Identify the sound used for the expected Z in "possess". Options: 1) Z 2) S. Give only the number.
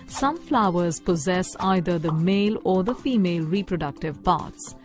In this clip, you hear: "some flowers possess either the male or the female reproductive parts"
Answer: 1